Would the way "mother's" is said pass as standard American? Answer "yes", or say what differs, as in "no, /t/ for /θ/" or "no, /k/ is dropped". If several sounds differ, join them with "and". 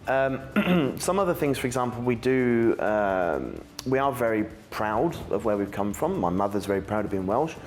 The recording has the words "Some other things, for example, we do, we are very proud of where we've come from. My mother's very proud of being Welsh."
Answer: yes